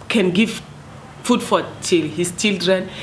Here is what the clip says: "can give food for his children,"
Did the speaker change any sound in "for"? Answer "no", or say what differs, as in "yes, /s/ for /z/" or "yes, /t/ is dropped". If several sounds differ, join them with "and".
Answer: yes, /l/ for /ɹ/